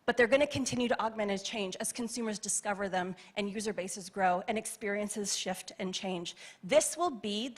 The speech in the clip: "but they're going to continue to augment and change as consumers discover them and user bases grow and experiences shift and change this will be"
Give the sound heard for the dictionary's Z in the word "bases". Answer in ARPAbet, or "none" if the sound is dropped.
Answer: Z